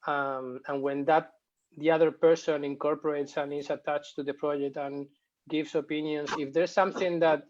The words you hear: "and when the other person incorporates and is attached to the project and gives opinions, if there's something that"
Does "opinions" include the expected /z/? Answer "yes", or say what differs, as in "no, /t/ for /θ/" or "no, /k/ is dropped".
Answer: no, /s/ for /z/